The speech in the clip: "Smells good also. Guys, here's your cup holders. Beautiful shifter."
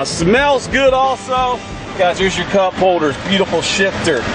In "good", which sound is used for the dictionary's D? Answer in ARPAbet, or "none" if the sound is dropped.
D